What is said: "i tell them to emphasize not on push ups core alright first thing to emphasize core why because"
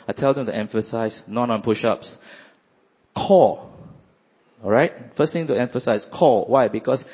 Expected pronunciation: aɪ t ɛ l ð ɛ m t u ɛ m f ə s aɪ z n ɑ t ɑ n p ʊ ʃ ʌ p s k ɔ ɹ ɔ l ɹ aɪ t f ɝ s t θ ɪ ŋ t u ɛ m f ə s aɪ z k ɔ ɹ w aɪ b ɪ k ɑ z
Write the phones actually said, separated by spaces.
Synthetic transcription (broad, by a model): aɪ t ɛ l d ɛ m t u ɛ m f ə s aɪ s n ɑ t ɑ n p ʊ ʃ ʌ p s k ɔ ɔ ɹ aɪ t f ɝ s t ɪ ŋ t u ɛ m f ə s aɪ s k ɔ w aɪ b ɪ k ɑ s